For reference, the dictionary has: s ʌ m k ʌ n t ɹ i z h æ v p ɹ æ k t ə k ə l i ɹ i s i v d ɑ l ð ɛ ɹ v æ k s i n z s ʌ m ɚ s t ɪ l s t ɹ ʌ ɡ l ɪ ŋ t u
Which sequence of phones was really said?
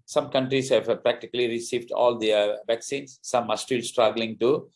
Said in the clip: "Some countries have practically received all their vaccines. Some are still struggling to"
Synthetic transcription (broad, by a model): s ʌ m k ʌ n t ɹ i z h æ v p ɹ æ k t ə k ə l i ɹ i s i v d ɑ l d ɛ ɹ v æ k s i n s ʌ m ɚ s t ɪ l s t ɹ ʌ ɡ l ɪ ŋ t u